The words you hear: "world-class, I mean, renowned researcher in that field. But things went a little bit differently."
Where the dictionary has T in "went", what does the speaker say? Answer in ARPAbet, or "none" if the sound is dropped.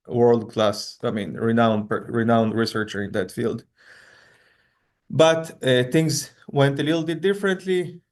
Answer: T